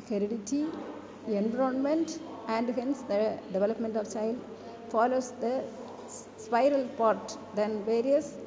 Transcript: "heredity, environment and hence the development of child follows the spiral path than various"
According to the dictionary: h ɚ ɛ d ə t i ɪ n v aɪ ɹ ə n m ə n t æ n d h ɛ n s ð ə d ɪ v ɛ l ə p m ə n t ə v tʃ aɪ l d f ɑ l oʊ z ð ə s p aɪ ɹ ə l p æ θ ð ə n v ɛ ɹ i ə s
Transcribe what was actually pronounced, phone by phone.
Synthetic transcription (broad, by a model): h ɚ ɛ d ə t i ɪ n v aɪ ɹ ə n m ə n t æ n d h ɛ n s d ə d ɪ v ɛ l ə p m ə n t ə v tʃ aɪ l d f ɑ l oʊ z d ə s p aɪ ɹ ə l p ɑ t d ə n v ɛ ɹ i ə s